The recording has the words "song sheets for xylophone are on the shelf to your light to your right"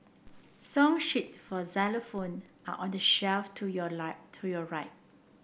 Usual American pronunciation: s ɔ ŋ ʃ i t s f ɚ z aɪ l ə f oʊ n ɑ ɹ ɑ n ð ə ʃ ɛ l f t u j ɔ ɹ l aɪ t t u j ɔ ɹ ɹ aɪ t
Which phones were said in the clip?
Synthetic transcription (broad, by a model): s ɔ ŋ ʃ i t f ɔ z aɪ l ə f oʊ n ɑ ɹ ɑ n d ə ʃ ɛ l f t u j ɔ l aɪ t t u j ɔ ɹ ɹ aɪ t